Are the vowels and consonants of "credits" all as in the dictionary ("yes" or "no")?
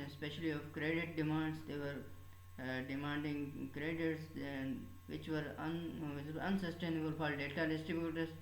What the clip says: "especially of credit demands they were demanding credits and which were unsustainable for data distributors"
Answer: no